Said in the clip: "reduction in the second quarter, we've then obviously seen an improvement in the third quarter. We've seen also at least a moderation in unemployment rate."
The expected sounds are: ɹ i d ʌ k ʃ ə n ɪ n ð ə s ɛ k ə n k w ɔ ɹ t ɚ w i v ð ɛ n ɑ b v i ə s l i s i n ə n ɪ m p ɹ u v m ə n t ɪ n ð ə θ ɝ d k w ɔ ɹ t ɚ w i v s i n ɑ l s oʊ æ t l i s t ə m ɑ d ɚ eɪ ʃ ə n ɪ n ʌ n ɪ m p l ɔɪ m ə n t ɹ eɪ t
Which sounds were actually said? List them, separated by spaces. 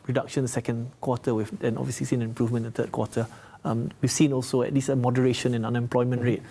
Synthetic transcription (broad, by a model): ɹ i d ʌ k ʃ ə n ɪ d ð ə s ɛ k ə n k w ɔ t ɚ w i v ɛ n ɑ b v i ə s l i s i n ə n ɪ m p ɹ u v m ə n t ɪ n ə t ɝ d k w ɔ t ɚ w i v s i n ɑ l s oʊ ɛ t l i s ə m ɑ d ɚ eɪ ʃ ə n ɪ n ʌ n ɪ m p l ɔɪ m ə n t ɹ eɪ t